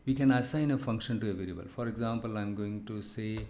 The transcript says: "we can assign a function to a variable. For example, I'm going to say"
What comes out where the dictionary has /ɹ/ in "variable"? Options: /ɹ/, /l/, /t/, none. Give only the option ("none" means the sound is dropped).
/l/